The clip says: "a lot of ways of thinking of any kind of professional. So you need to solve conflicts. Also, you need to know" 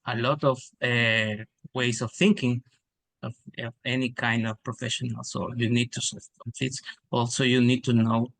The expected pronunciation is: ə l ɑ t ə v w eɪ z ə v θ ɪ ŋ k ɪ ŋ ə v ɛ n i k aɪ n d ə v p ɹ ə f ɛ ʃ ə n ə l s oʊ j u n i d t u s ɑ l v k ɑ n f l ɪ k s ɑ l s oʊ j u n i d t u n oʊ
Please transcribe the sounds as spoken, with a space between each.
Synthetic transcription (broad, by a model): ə l ɑ t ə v w eɪ s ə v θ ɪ ŋ k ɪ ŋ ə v ɛ n i k aɪ n d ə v p ɹ ə f ɛ ʃ ə n ə l s oʊ j u n i d t u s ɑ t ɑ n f ɪ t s ɑ l s oʊ j u n i d t u n oʊ